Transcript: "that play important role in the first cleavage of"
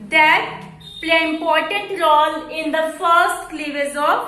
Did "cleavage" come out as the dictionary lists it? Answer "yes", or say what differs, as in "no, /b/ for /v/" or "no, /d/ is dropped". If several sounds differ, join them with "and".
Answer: no, /z/ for /dʒ/